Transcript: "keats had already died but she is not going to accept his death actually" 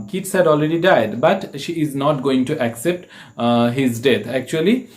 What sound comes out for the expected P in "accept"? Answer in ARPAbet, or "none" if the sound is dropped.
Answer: P